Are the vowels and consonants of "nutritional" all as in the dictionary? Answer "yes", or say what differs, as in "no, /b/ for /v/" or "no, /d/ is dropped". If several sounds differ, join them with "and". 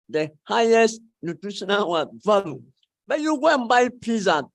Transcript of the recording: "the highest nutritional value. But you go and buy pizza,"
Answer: no, /w/ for /l/